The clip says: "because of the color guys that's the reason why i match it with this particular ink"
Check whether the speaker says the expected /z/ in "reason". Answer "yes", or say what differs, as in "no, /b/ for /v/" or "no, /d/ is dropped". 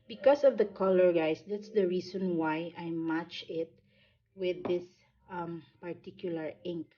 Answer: no, /s/ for /z/